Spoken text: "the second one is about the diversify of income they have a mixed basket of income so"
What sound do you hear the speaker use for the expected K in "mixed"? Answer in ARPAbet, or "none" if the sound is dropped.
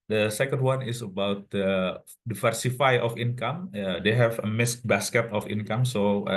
none